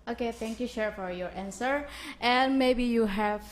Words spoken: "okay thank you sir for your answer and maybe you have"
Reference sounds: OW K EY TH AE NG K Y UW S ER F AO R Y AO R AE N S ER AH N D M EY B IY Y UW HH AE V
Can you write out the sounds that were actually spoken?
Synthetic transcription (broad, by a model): OW K EY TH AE NG K Y UW SH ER F AO R Y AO R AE N S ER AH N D M EY B IY Y UW HH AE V